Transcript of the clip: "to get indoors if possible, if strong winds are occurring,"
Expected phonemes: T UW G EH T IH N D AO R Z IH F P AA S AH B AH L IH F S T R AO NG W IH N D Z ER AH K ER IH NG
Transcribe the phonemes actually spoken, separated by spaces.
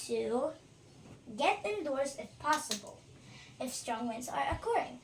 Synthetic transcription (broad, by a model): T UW G EH T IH N D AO R S IH F P AA S AH B AH L IH F S T R AO NG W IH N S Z ER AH K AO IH NG